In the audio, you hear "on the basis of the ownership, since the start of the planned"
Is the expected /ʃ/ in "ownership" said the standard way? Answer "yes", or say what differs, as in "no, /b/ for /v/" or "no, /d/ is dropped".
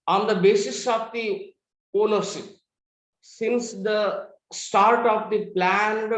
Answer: no, /s/ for /ʃ/